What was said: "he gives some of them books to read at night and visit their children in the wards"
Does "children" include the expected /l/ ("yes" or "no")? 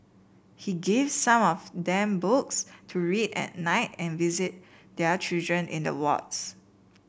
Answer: no